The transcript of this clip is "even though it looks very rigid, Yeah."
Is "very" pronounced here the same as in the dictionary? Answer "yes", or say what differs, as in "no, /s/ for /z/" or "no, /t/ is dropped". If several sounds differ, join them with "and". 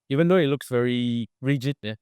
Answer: yes